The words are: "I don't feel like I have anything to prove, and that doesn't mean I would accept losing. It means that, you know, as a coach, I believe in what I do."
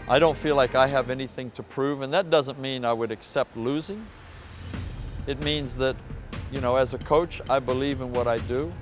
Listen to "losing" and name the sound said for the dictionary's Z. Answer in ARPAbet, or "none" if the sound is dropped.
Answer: Z